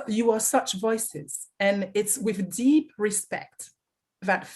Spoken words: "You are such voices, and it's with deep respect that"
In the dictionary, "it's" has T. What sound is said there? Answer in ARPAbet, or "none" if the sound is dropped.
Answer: T